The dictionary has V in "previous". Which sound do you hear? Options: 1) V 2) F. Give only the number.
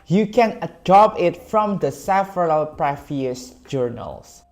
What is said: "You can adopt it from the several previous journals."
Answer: 2